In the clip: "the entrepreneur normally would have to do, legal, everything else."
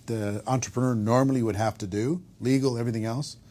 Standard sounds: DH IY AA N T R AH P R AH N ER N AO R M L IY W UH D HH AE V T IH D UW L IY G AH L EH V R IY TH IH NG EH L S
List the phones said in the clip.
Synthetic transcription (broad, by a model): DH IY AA N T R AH P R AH N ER N AO R M L IY W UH D HH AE F T IH D UW L IY G L EH V R IY TH IH NG EH L S